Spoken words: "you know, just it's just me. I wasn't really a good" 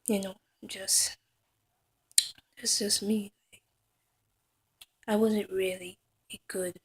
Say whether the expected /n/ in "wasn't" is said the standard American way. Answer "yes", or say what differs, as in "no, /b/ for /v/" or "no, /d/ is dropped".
yes